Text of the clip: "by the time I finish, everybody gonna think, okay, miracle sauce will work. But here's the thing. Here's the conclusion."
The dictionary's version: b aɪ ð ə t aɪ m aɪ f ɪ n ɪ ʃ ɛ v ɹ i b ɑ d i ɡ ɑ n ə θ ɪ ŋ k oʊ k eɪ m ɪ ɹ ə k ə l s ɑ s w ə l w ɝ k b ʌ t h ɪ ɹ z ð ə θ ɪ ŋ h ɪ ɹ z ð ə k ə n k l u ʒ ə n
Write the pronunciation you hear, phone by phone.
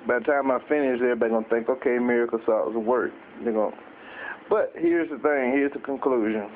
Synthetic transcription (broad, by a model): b aɪ ð ə t aɪ m aɪ f ɪ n ɪ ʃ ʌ ɹ b ɑ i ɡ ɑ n θ ɪ ŋ k oʊ k eɪ m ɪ ɹ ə k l s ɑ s w ə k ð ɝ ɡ b ʌ t h ɪ ɹ z ð ə θ ɪ ŋ h ɪ ɹ z ð ə k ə n k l u ʒ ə n